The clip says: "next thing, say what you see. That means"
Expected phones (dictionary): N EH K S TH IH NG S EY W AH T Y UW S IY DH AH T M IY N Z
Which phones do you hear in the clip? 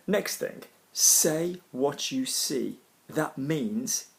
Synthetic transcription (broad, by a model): N EH K S TH IH NG S EY W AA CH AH S IY DH AH T M IY N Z